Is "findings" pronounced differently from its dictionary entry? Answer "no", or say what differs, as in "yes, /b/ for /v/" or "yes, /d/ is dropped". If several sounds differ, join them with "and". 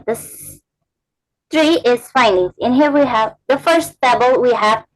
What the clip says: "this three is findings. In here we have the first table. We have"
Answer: no